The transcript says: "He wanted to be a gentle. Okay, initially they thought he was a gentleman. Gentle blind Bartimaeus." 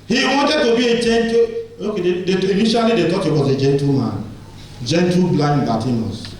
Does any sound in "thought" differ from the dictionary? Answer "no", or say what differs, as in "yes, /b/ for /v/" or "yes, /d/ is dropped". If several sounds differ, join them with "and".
yes, /t/ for /θ/